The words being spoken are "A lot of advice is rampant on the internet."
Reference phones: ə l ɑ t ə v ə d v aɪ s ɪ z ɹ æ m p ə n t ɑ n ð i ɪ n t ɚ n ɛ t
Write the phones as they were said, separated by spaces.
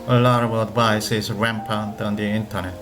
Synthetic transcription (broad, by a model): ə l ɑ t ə w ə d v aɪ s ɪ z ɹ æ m p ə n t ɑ n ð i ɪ n t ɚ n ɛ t